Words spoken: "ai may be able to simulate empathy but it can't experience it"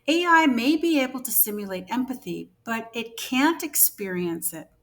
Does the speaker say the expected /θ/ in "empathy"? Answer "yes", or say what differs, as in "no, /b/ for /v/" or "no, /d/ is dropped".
yes